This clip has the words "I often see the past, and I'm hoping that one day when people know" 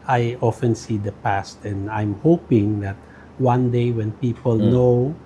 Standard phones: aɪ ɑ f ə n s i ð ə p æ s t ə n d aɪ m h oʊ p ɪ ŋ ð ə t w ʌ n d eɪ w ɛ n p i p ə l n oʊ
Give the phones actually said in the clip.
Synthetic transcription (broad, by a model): aɪ ɑ f ə n s i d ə p æ s t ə n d aɪ m h oʊ p ɪ ŋ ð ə t w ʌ n d eɪ w ɛ n p i p ə l n oʊ